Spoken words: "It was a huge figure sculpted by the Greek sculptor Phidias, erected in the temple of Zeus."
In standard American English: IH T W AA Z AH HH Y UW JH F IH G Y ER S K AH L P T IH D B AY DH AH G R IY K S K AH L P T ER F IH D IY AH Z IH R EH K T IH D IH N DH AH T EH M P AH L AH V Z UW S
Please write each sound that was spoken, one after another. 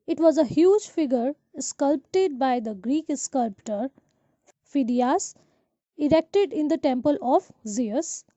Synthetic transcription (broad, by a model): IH T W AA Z AH HH Y UW JH F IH G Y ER S K AH L P T IH D B AY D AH G R IY K S K AH L P T ER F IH D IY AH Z IH R EH K T IH D IH N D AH T EH M P AH L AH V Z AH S